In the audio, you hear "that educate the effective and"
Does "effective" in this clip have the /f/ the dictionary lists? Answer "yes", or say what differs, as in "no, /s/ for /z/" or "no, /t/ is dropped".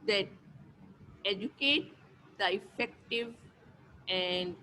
yes